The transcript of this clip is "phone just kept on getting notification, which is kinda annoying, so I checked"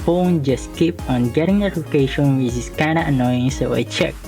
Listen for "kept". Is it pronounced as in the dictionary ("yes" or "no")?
no